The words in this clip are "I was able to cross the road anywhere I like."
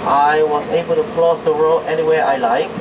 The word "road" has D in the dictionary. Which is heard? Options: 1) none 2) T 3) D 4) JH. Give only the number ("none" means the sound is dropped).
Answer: 1